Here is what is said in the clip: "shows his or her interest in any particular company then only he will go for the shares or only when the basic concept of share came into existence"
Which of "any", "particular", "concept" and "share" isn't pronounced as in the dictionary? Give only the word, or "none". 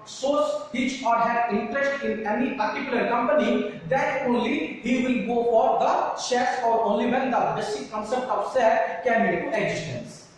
share